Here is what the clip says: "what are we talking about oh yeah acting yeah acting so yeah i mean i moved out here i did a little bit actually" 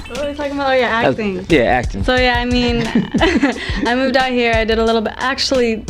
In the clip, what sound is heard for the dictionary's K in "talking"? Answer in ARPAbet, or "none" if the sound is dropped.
none